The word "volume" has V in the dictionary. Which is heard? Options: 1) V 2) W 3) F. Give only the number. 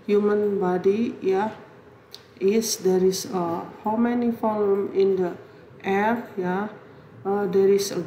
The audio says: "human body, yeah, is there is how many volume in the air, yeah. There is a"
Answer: 3